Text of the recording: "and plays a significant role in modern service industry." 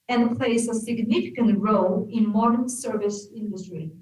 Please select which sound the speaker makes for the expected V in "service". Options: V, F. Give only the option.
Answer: V